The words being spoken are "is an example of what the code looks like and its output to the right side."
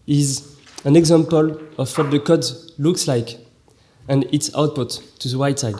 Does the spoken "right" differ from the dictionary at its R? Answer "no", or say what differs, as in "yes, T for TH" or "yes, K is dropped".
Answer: yes, W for R